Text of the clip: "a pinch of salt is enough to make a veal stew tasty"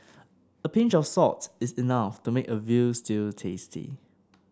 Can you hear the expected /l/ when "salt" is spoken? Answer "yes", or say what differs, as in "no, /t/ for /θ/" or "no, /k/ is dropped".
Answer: no, /l/ is dropped